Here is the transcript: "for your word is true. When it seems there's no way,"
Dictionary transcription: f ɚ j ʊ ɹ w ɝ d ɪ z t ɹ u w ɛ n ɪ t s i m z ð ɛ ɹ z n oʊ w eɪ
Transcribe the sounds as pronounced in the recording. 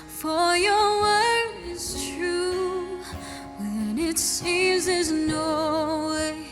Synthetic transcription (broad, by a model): f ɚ j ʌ ɹ w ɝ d ɪ z t ɹ u w ɛ n ɪ t s i m z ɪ z n oʊ w eɪ